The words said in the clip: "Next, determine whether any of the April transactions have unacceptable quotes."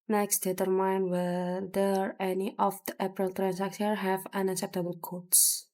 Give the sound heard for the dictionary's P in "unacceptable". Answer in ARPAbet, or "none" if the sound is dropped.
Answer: P